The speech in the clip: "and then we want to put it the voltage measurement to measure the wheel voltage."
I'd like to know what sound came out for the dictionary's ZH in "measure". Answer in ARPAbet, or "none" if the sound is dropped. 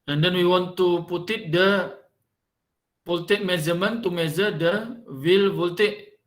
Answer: Z